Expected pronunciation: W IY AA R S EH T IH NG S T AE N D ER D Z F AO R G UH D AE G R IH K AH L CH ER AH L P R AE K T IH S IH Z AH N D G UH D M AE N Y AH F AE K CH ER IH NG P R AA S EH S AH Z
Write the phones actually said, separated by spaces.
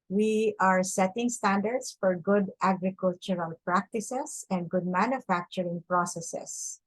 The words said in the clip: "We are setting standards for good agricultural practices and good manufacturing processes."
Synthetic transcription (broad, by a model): W IY AA R S EH T IH NG S T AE N D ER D S F AO R G UH D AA G R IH K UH L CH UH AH L P R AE K T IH S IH S AH N D G UH D M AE N Y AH F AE K CH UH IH NG P R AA S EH S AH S